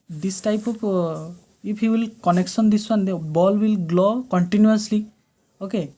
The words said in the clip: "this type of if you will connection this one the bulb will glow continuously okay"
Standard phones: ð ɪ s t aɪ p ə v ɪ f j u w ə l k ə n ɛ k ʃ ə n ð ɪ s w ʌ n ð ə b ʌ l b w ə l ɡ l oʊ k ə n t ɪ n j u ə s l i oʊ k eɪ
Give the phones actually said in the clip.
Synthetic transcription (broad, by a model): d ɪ s t aɪ p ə p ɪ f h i w ə l k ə n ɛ k s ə n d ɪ s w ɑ n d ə b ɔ l w ə l ɡ l oʊ k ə n t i n j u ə s l i oʊ k eɪ